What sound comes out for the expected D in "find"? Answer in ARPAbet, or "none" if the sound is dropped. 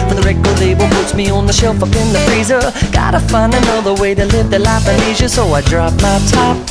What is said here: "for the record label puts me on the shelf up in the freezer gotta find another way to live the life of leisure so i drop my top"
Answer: none